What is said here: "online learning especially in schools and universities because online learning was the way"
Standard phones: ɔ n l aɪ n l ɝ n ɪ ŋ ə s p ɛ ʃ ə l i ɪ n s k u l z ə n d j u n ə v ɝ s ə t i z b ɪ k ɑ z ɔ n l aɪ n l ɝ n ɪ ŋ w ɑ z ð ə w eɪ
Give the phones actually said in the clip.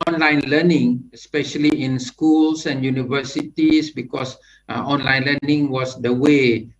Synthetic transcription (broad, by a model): ɔ n l aɪ n l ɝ n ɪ ŋ ə s p ɛ ʃ ə l i ɪ n s k u l s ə n j u n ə v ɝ s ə t i s b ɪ k ɑ s ɔ n l aɪ n l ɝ n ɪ ŋ w ɑ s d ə w eɪ